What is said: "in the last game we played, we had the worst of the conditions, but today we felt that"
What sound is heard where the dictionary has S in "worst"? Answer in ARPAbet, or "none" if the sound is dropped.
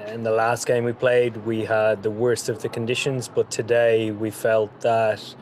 S